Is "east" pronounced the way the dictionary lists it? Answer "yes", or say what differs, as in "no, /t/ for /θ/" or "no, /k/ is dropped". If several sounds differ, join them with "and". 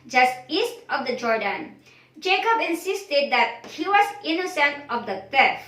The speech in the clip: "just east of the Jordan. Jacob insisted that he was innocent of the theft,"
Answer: yes